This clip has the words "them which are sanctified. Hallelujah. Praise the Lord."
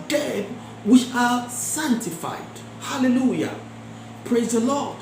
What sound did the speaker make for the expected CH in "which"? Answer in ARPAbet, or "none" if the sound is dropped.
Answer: none